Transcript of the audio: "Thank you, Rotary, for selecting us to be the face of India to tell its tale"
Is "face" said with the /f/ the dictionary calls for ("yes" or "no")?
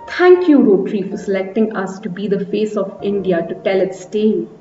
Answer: yes